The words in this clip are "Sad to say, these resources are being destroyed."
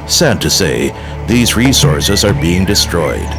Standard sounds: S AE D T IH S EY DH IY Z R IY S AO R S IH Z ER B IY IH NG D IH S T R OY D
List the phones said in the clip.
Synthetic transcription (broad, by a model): S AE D T IH S EY DH IY Z R IY S AO R S IH Z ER B IY IH NG D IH S T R OY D